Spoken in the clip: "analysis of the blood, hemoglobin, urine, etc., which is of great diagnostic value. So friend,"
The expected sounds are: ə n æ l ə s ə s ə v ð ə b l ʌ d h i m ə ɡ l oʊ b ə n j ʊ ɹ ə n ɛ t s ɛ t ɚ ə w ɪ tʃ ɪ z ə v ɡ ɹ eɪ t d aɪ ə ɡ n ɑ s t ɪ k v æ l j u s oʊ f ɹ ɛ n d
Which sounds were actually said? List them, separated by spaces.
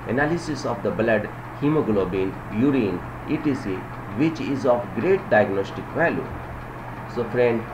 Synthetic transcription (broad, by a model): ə n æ l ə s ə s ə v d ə b l ʌ d h i m ə ɡ l oʊ b ə n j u ɹ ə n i t i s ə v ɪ tʃ ɪ z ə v ɡ ɹ eɪ t d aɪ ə ɡ n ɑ s t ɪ k v æ l j u s oʊ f ɹ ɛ n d